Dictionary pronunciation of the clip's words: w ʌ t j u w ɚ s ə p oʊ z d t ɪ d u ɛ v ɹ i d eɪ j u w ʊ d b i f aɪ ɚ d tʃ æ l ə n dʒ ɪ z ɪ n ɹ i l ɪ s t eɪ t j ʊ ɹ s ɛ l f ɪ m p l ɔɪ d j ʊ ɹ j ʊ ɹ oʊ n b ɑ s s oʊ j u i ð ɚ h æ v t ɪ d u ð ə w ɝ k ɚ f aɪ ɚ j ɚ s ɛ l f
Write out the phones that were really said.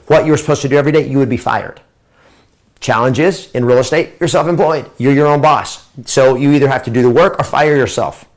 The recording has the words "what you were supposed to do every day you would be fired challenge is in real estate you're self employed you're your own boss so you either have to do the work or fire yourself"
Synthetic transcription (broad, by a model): w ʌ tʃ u w ɚ s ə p oʊ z t ɪ d u ɛ v ɹ i d eɪ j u w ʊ d b i f aɪ ɚ d tʃ æ l ə n dʒ ɪ z ɪ n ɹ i l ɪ s t eɪ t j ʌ ɹ s ɛ l f ɪ m p l ɔɪ d j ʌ ɹ j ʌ ɹ oʊ n b ɑ s s oʊ j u i ð ɚ h æ f t ɪ d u ð ə w ɝ k ɚ f aɪ ɚ j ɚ s ɛ l f